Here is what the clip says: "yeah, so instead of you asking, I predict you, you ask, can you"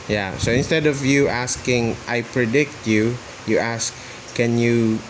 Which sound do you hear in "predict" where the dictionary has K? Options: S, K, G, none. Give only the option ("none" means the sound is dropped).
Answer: K